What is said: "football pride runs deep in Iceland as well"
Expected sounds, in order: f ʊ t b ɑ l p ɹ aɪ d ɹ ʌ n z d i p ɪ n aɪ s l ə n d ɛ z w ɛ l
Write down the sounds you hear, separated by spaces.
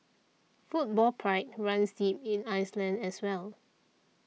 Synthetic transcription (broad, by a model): f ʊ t b ɑ l p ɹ aɪ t ɹ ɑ n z d i p ɪ n aɪ s l ə n d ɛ s w ɛ l